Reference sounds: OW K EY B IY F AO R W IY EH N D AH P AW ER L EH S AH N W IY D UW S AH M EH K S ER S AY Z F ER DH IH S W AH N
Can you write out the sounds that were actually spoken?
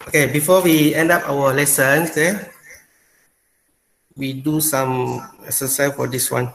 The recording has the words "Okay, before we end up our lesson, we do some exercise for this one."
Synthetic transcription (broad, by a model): OW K EY B IY F AO W IY EH N D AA P AW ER L EH S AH N W IY D UW S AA M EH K S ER S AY F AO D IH S W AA N